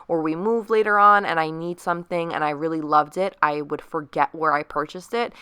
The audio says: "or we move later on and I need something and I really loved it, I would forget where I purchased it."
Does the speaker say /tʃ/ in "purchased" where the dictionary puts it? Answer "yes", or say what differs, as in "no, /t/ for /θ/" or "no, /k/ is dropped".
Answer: yes